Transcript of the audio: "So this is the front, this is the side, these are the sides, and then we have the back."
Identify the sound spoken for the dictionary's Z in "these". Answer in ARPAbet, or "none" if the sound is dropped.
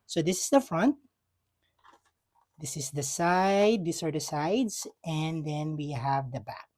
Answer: S